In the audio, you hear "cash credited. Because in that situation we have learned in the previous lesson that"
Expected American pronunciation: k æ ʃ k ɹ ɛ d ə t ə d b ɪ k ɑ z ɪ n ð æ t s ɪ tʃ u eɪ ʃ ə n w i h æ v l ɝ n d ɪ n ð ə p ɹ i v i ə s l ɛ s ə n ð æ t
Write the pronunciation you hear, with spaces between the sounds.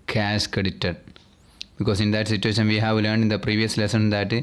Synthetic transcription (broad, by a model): k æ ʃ k ɛ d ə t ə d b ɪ k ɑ s ɪ n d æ t s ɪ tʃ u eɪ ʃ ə n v i h æ v l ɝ n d ɪ n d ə p ɹ i v i ə s l ɛ s ə n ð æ t